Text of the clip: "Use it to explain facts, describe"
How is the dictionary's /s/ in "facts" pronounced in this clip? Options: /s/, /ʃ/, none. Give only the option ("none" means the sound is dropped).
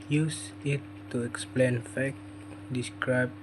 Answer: none